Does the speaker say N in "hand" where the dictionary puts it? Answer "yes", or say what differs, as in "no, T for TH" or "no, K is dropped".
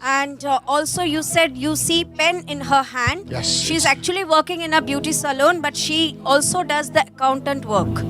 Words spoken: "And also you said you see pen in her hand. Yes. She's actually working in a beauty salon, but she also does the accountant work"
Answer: yes